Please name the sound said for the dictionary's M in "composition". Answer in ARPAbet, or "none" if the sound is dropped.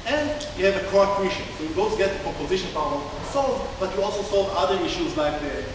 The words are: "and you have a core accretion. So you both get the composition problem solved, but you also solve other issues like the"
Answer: none